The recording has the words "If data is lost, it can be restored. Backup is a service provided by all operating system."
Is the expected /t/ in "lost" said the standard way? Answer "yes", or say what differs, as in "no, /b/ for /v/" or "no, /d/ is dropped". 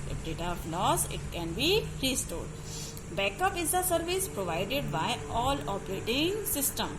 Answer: no, /t/ is dropped